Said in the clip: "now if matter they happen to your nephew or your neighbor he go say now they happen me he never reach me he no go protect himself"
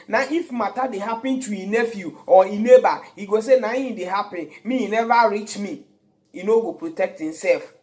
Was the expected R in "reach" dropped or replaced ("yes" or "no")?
no